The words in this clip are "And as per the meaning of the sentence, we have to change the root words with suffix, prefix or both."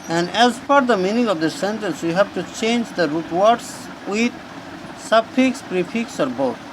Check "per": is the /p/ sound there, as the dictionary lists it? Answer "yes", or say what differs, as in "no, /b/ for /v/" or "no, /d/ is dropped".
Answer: no, /f/ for /p/